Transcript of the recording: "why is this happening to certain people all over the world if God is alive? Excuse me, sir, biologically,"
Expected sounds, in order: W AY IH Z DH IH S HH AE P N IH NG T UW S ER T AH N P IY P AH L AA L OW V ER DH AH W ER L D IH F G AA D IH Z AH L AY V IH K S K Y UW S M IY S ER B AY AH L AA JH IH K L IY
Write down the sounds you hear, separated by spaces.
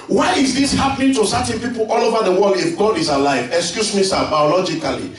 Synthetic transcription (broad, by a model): W AY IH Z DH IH S HH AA P N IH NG T UW S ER T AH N P IY P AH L AA L OW V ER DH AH W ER L D IH F G AA D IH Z AH L AY V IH K S K Y UW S M IY S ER B AY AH L AA JH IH K L IY